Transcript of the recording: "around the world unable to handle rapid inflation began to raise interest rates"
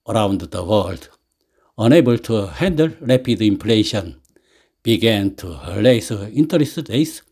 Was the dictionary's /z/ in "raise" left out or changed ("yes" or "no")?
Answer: yes